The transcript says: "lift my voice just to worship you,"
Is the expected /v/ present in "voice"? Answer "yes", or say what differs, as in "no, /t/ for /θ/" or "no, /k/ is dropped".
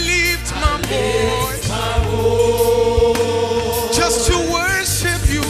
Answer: no, /b/ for /v/